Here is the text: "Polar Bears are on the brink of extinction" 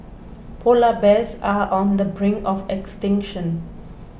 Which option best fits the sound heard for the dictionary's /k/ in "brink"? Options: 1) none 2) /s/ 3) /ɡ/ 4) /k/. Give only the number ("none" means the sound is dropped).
1